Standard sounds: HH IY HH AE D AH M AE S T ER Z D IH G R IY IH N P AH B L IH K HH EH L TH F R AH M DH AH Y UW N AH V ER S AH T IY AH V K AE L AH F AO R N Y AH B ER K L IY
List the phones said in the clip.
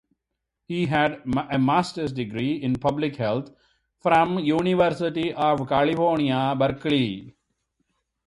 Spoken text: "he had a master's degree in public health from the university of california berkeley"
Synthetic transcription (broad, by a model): HH IY HH AE D AH M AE S T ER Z D IH G R IY IH N P AH B L IH K HH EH L T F R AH M Y UW N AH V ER S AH T IY AH V K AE L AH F AO R N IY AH B ER K L IY